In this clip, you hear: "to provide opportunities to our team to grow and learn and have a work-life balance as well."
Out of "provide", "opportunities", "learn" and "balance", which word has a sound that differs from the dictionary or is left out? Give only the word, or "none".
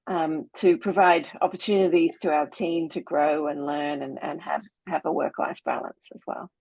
none